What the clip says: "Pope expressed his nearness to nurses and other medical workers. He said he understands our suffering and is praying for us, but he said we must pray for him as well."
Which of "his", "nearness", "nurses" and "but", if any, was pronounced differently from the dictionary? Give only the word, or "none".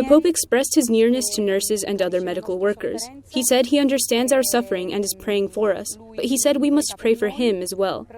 none